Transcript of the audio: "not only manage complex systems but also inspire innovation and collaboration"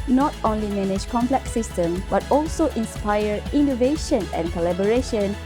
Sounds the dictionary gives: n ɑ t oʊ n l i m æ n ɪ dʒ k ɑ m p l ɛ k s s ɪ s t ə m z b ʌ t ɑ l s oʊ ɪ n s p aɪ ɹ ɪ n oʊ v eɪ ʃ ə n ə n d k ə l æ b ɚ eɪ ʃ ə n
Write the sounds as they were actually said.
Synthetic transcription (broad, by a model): n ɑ t oʊ n l i m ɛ n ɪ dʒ k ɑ m p l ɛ k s s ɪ s t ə m b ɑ t ɑ l s oʊ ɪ n s p aɪ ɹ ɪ n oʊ v eɪ ʃ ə n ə n k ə l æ b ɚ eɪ ʃ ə n